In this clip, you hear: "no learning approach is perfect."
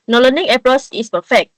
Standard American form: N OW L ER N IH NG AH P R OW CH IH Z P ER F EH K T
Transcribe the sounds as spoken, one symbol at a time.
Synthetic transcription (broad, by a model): N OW L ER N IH NG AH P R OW S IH S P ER F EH K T